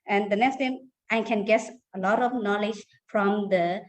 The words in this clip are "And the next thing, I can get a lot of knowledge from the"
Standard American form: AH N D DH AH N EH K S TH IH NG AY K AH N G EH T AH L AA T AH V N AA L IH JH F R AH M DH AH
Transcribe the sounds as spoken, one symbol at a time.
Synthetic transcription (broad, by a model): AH N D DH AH N EH K S T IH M AY K AH N G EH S AH L AA T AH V N AA L IH JH F R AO M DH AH